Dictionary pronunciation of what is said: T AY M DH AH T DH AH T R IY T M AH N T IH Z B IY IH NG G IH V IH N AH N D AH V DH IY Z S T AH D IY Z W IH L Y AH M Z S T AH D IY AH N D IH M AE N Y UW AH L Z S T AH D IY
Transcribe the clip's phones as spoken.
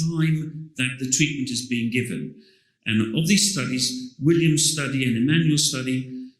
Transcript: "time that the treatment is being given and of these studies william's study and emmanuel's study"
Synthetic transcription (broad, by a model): AY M DH AH T DH AH T R IY T M AH N T IH Z B IY IH NG G IH V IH N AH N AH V DH IY Z S T AH D IY Z W IH L Y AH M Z S T AH D IY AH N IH M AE N Y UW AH L S T AH D IY